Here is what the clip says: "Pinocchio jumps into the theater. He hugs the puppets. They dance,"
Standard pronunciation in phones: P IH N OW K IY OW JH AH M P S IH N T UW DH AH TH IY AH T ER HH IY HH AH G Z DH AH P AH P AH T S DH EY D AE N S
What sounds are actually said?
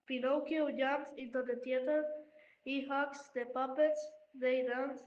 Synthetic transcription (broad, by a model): P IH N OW K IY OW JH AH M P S IH N T UW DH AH T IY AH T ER HH IY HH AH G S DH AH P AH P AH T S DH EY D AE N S